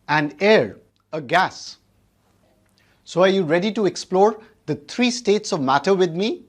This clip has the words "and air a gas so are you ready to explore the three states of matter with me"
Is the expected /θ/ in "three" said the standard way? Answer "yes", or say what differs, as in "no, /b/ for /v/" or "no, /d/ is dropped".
no, /t/ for /θ/